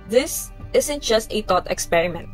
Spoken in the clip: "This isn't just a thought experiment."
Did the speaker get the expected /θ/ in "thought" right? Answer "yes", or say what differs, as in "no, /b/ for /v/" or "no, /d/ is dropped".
no, /t/ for /θ/